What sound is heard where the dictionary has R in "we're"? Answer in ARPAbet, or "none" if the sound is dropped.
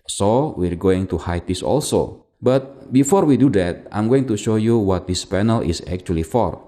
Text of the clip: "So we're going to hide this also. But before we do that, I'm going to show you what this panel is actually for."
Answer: R